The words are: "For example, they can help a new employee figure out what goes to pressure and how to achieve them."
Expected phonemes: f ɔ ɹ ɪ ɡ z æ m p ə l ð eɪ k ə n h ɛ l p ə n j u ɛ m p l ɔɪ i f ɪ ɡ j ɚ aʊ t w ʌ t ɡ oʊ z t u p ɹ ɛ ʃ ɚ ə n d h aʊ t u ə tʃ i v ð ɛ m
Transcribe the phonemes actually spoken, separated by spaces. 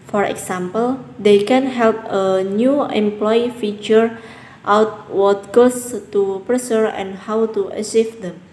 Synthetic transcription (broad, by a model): f ɔ ɹ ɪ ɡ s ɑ m p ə l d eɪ k ə n h ɛ l p ə n j u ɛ m p l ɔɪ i f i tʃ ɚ aʊ t w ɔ t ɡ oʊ s t u p ɹ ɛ s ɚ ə n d h aʊ t u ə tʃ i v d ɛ m